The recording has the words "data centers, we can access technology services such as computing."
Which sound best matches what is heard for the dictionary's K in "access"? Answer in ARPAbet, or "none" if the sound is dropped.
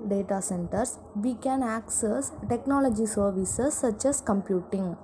K